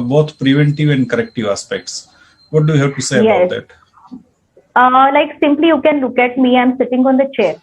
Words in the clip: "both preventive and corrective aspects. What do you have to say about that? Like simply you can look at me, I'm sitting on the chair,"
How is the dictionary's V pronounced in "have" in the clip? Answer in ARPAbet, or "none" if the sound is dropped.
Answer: P